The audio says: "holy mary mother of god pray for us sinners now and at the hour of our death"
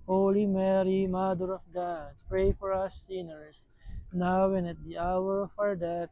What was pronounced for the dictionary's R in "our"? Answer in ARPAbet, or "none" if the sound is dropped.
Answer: R